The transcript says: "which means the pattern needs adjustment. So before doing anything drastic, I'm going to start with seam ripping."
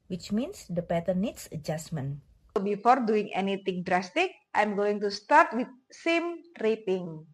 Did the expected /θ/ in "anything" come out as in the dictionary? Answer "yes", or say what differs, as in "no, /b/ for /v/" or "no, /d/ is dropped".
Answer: no, /t/ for /θ/